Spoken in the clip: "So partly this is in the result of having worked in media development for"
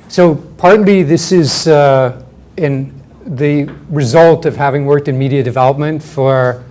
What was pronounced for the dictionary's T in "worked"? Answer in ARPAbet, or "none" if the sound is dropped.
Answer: T